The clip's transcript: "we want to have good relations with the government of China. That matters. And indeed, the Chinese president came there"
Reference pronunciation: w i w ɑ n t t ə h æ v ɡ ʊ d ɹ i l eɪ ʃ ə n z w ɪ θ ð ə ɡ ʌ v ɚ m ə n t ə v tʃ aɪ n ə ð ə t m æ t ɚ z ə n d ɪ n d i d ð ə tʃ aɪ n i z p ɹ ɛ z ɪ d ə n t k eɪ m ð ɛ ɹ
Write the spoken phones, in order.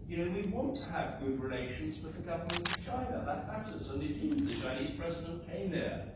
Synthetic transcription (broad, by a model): w i w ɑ n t t ə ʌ v ɡ ʊ d ɹ i l eɪ ʃ ə n z w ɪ ð ə ɡ ʌ v ɚ m ə n t ə v tʃ aɪ n ə ð ə t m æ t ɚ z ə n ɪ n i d ð ə tʃ aɪ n i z p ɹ ɛ z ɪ d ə n k eɪ m ð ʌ ɹ